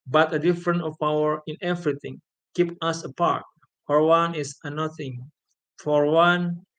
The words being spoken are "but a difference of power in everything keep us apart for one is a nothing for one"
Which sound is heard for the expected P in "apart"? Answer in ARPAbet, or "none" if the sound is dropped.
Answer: P